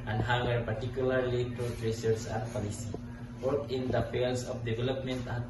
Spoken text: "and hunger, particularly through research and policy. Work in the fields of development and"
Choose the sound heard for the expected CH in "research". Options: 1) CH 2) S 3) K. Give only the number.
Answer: 2